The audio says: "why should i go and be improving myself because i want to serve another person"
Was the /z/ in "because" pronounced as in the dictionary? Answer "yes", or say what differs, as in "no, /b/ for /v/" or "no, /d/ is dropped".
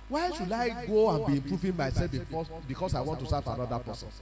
no, /s/ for /z/